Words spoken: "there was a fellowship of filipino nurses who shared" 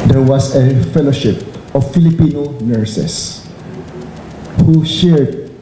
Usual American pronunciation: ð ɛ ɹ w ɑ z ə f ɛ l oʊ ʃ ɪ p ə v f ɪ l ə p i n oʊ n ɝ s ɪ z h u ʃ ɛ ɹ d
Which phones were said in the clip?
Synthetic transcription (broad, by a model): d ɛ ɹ w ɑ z ə f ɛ l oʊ ʃ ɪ p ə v f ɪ l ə p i n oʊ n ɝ s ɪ s h u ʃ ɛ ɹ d